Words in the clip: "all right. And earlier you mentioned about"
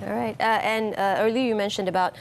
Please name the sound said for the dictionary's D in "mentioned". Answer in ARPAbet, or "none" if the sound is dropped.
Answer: D